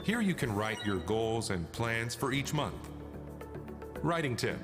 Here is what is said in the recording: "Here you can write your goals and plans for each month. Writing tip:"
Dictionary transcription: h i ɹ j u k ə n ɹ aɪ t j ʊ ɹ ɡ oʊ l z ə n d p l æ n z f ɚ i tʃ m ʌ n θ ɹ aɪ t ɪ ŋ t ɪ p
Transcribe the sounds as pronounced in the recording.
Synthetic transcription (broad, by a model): h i ɹ j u k ə n ɹ aɪ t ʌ ɹ ɡ oʊ l z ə n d p l æ n z f ɚ i tʃ m ʌ n θ ɹ aɪ t ɪ ŋ t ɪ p